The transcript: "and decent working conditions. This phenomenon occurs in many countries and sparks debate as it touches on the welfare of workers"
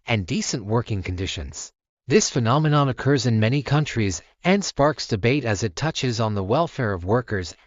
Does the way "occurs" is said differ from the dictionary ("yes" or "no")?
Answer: no